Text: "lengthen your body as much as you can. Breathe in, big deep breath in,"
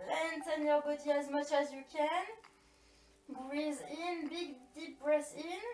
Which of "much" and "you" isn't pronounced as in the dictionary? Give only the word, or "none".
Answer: none